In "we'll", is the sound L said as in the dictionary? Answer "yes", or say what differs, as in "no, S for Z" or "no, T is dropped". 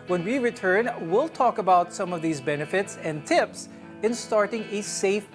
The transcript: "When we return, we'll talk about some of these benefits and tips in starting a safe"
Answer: yes